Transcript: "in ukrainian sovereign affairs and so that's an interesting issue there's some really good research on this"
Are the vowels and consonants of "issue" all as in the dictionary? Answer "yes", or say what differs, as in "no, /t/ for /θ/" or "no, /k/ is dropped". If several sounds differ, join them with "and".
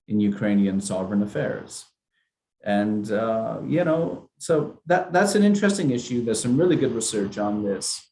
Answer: yes